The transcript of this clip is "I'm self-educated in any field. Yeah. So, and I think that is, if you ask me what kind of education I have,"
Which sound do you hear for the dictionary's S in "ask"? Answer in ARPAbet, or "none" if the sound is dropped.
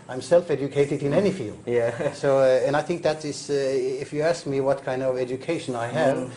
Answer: S